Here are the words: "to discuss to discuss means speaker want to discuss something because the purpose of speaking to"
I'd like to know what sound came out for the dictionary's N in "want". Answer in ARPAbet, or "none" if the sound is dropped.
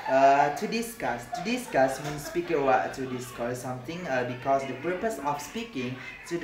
none